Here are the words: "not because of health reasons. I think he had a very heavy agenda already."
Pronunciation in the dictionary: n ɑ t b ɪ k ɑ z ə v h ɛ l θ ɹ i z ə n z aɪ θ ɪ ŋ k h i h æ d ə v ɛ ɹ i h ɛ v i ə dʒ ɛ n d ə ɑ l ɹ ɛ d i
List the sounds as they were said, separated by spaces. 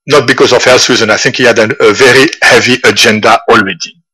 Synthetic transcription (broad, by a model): n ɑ t b ɪ k ɑ z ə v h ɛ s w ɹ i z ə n aɪ θ ɪ ŋ k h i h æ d ə v ɛ ɹ i h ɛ v i ə dʒ ɛ n d ə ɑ l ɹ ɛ d i